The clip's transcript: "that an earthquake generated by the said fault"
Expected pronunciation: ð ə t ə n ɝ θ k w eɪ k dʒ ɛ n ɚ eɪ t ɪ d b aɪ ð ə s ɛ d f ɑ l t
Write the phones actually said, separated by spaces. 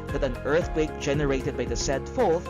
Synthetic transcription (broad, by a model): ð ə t ə n ɝ θ k w eɪ k dʒ ɛ n ɚ eɪ t ɪ d b aɪ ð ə s ɛ d f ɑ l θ